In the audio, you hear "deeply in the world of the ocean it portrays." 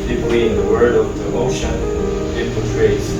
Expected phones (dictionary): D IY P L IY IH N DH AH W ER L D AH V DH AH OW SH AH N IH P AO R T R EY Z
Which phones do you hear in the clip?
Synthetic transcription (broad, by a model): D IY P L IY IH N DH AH W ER D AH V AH OW SH AH N IH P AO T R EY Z